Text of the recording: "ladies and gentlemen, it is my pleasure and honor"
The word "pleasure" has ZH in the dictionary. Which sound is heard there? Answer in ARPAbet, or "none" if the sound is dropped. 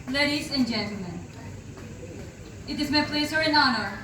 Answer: S